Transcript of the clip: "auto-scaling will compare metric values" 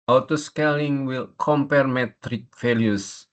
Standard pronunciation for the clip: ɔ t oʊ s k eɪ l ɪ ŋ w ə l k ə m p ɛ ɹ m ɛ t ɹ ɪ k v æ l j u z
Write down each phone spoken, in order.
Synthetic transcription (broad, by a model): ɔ t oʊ s k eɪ l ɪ ŋ w ə l k ə m p ɛ ɹ m ɛ t ɹ ɪ k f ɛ l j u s